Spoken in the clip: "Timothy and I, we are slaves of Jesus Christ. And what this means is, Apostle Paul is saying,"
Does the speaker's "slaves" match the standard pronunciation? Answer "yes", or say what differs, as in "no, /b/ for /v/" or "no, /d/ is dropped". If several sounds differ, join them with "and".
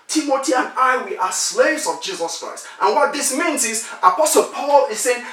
yes